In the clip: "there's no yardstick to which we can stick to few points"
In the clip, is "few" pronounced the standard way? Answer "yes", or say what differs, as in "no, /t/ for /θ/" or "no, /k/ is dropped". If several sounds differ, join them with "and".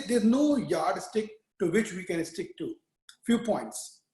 yes